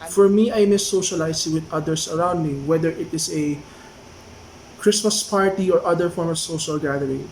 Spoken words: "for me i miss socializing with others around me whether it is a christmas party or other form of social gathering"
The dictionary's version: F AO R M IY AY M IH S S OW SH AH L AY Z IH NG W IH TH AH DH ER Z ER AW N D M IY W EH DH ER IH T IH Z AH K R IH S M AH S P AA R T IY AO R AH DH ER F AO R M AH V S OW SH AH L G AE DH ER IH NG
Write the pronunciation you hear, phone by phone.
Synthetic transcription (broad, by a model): F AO R M IY AY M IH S S OW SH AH L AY S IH W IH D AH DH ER S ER AW N D M IY W EH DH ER IH T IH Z AH K R IH S M AH S P AA R T IY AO R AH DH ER F AO R M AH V S OW SH AH L G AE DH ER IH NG